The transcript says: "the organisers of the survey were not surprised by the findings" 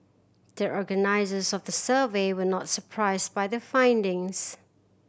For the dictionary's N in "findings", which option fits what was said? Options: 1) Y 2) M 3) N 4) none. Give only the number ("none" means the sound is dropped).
3